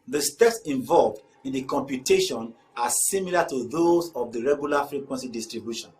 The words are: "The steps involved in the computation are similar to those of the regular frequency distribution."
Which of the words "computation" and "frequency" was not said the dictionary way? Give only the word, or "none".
none